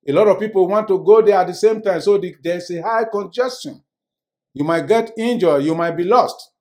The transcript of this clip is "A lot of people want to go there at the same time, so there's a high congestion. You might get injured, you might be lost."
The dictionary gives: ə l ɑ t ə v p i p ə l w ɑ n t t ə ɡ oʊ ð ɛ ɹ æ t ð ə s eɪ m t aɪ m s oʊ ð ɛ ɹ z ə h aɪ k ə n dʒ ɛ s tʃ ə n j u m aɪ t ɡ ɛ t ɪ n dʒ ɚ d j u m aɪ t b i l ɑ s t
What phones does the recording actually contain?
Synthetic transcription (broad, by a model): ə l ɑ t ə v p i p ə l w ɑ n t t ə ɡ oʊ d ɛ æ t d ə s eɪ m t aɪ m s oʊ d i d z ə h aɪ k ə n dʒ ɛ s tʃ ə n j u m aɪ t ɡ ɛ t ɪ n dʒ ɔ j u m aɪ t b i l ɑ s t